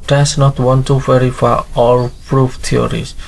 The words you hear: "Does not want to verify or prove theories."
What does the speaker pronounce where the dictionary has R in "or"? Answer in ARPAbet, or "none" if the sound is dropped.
L